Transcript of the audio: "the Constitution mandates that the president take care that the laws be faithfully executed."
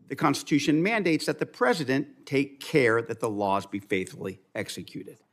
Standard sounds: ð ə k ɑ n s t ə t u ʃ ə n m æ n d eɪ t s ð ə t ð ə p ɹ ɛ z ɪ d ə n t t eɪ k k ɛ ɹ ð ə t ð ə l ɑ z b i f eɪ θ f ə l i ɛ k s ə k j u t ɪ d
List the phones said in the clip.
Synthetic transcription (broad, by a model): ð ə k ɑ n s t ə t u ʃ ə n m æ n d eɪ t s ð ə t ð ə p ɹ ɛ z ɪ d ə n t t eɪ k k ɛ ɹ ð ə t ð ə l ɑ z b i f eɪ θ f l i ɛ k s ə k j u t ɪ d